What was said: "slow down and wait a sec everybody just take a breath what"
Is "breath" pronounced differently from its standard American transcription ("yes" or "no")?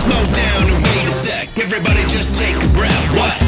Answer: yes